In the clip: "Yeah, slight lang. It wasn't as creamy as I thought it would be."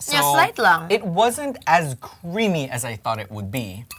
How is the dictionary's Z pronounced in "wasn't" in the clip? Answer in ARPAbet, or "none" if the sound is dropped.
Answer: Z